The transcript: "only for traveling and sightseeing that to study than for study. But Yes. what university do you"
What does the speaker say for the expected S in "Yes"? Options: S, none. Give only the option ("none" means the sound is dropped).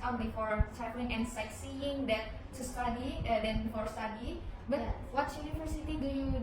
none